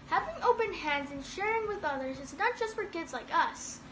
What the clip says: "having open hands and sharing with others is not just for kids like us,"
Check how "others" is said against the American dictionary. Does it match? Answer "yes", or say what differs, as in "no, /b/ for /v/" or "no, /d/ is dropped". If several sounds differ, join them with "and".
yes